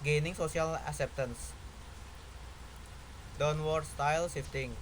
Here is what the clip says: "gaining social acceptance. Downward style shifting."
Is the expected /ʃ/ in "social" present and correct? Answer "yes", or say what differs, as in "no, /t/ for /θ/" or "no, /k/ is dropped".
no, /s/ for /ʃ/